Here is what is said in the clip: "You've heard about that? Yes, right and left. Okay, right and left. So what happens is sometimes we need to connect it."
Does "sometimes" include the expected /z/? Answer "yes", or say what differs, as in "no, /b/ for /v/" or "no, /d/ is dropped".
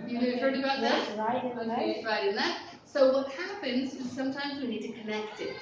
yes